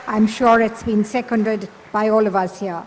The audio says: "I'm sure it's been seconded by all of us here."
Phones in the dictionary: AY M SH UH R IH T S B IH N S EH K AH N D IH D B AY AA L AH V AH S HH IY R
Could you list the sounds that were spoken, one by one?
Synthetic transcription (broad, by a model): AY M SH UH R IH T S B IH N S EH K AH N D IH D B AY AA L AH V AH S HH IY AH